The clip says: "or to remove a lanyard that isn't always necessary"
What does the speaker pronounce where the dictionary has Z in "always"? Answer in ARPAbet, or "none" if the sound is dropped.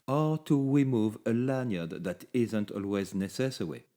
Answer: Z